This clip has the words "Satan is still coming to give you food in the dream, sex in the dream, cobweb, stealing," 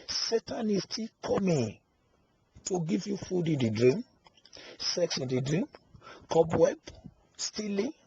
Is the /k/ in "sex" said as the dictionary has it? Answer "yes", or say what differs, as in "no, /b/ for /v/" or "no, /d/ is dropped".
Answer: yes